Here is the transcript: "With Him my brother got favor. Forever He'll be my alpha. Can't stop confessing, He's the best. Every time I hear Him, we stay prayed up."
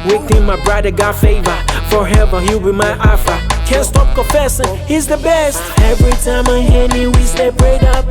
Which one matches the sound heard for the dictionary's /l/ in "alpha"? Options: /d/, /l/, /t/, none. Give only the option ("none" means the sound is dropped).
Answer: none